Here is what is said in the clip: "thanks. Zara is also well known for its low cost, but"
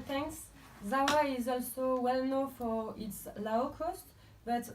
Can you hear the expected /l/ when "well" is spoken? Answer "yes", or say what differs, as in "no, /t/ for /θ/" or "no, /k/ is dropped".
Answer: yes